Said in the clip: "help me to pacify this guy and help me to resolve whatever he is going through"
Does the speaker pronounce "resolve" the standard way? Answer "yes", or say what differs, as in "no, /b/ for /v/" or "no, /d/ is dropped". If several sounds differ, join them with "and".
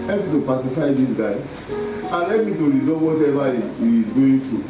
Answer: no, /l/ is dropped